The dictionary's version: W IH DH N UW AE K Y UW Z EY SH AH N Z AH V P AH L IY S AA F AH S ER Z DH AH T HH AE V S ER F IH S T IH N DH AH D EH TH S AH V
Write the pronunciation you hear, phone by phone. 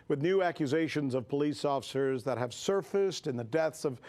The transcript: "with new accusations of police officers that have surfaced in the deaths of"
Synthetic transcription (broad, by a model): W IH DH N UW AE K Y UW Z EY SH AH N Z AH V P AH L IY S AA F AH S ER Z DH AH T HH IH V S ER F IH S T IH N DH AH D EH TH S AH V